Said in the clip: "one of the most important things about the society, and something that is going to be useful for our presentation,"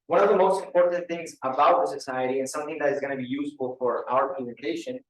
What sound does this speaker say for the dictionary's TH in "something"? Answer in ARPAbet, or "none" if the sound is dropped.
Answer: TH